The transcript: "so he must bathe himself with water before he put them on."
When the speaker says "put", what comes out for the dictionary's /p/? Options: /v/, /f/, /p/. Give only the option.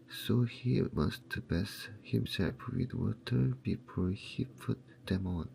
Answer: /f/